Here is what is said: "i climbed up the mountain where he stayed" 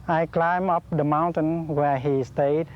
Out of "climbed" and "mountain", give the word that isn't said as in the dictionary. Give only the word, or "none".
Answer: climbed